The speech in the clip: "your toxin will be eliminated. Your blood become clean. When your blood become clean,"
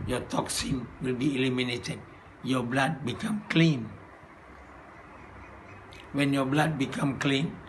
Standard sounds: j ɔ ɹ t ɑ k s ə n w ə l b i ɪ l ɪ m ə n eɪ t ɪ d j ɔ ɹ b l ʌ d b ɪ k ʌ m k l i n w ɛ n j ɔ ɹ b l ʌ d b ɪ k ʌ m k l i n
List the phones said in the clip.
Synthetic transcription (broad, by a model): j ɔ t ɑ k s ə n w ə l b i l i m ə n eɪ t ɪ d j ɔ b l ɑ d b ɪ k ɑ m k l i n w ɛ n j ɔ b l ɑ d b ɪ k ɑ m k l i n